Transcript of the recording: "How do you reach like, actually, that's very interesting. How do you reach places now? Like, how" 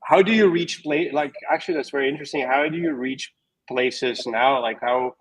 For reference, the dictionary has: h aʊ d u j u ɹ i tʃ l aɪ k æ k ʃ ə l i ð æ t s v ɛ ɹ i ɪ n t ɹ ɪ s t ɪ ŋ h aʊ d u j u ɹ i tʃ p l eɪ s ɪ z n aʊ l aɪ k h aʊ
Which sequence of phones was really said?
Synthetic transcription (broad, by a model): h aʊ d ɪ j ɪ ɹ i tʃ l aɪ k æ k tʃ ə l i ð æ t s v ɛ ɹ i ɪ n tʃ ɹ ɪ s t ɪ ŋ h aʊ d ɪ j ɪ ɹ i tʃ p l eɪ s ɪ z n aʊ l aɪ k h aʊ